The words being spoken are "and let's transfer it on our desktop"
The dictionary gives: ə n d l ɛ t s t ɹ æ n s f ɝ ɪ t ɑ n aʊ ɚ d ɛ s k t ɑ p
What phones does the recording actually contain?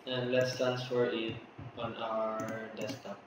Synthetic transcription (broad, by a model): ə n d l ɛ t s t æ n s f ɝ ɪ t ɑ n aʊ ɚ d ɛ s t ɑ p